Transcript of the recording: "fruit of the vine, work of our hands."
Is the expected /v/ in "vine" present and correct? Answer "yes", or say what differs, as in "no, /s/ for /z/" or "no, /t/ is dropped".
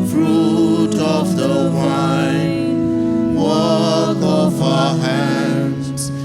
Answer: no, /w/ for /v/